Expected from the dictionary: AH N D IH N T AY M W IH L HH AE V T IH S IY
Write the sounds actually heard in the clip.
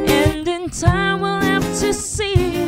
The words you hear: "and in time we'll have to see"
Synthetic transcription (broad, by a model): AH N D IH N T AY M W IH L HH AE F T IH S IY